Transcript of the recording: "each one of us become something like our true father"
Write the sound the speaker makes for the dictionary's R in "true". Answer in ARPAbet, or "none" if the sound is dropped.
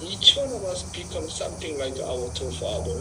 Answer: none